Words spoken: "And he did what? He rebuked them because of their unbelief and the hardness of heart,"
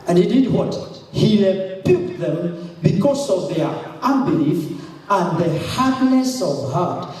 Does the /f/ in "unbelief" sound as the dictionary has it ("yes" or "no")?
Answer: yes